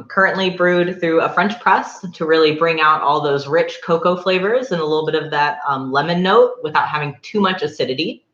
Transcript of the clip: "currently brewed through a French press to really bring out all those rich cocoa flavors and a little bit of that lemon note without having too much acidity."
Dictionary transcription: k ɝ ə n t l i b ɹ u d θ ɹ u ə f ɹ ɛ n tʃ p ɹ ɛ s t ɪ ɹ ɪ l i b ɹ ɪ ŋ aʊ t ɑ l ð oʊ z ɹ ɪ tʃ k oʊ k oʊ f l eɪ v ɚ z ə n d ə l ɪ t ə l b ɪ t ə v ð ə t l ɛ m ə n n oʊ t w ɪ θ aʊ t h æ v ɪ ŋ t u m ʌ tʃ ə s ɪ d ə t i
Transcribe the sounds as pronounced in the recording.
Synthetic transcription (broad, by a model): k ɝ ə n t l i b ɹ u d θ ɹ u ə f ɹ ɛ n tʃ p ɹ ɛ s t ɪ ɹ ɪ l i b ɹ ɪ ŋ aʊ t ɑ l ð oʊ z ɹ ɪ tʃ k oʊ k oʊ f l eɪ v ɚ z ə n ə l ɪ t l b ɪ t ə v ð ə t l ɛ m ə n n oʊ t w ɪ θ aʊ t h æ v ɪ ŋ t u m ʌ tʃ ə s ɪ d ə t i